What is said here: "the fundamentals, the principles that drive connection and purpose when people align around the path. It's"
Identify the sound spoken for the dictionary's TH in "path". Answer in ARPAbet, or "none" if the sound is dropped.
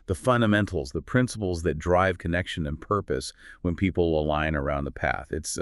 TH